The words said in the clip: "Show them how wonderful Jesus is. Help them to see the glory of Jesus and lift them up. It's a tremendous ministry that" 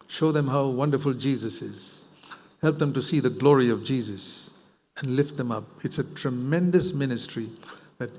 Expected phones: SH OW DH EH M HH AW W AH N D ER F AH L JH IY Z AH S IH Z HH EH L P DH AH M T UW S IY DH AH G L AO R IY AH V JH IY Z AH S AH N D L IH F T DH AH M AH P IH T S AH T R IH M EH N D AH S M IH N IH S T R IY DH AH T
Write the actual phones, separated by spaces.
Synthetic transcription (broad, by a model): SH OW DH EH M HH AW W AH N D ER F AH L JH IY Z AH S IH Z HH EH L P DH AH M T UW S IY DH AH G L AO R IY AH V JH IY Z AH S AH N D L IH F T DH AH M AH P IH T S AH T R IH M EH N D AH S M IH N IH S T R IY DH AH T